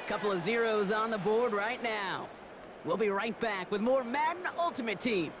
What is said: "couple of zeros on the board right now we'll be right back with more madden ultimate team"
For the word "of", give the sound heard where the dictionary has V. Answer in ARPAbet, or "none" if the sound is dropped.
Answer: V